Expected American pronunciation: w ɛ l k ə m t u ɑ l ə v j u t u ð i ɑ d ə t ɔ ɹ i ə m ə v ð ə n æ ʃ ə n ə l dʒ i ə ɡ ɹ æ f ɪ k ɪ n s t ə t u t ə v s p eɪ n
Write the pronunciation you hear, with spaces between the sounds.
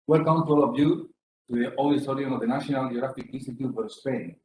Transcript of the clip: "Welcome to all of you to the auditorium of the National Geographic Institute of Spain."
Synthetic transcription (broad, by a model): w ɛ l k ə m t u ɑ l ə v j u t u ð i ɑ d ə s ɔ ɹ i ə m ə v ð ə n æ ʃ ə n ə l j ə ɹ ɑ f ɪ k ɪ n s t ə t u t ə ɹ s p eɪ n